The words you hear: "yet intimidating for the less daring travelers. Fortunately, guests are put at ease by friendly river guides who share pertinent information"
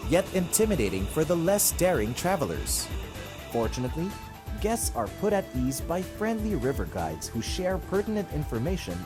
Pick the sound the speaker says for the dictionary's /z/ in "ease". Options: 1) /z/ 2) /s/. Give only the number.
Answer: 1